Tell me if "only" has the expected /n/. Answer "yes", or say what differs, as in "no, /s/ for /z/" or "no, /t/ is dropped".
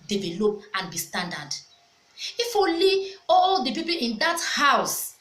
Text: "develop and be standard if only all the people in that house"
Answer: no, /n/ is dropped